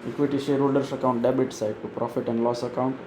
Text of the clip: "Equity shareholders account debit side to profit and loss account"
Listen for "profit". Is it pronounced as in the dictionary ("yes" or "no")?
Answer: yes